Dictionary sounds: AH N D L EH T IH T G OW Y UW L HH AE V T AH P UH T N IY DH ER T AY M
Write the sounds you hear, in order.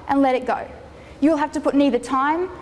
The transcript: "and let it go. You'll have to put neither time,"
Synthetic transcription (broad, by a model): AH N L EH T IH T G OW Y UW L HH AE F T AH P UH T N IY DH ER T AY M